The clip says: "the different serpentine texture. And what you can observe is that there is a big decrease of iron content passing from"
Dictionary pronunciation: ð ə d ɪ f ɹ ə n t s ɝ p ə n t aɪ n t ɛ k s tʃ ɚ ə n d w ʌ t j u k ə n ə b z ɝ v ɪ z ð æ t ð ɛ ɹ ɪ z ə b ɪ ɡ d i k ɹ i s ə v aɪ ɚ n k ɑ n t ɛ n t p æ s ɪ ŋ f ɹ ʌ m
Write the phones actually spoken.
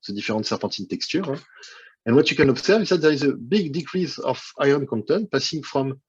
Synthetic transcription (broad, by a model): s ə d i f ɹ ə t s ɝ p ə t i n t ɛ k s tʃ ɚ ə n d w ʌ t j u k ə n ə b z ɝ v ɪ z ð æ t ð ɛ ɹ ɪ z ə b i ɡ d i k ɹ i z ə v aɪ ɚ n k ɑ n t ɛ n p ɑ s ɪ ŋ f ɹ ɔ m